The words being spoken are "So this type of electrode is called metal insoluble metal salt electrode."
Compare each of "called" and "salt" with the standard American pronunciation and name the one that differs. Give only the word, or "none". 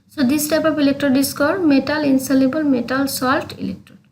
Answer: called